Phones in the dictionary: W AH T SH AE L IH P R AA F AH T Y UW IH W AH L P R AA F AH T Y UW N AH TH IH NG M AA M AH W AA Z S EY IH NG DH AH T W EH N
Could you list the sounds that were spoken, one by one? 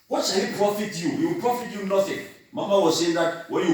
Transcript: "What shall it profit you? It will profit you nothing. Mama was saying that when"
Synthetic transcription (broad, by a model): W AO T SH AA W IH P R AA F AH T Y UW IH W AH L P R AA F AH T Y UW N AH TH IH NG M AA M AH W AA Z S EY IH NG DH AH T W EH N